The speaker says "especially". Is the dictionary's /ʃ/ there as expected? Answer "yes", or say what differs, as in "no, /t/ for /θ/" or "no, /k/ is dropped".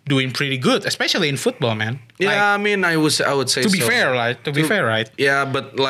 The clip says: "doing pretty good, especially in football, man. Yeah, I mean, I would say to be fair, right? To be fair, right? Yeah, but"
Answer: yes